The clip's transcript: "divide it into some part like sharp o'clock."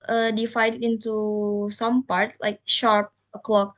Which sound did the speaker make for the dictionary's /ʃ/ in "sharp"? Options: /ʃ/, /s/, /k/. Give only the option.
/ʃ/